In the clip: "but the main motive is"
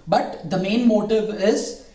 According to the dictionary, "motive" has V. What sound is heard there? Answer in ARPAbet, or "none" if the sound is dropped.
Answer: V